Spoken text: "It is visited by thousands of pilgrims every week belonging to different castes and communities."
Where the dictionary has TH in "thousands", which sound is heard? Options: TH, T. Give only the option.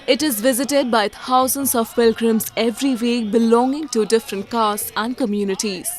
T